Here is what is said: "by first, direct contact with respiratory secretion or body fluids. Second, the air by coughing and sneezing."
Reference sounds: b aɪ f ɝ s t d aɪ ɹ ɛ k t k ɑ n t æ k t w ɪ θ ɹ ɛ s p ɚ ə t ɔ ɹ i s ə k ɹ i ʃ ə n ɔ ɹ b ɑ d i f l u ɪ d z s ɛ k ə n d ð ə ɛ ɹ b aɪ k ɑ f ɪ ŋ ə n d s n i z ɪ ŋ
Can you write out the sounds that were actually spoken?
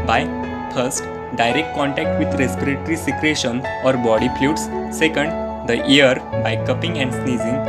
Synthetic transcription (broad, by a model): b aɪ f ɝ s t d aɪ ɹ ɛ k t k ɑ n t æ k t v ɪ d ɹ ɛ s p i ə t ɹ i s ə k ɹ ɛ ʃ ə n ɔ ɹ b ɑ d i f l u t s ɛ k ə n d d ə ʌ ɹ b aɪ k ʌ p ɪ ŋ ə n d s n i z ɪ ŋ